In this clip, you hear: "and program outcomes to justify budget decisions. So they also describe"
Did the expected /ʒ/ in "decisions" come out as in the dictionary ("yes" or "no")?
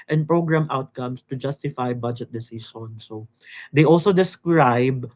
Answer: no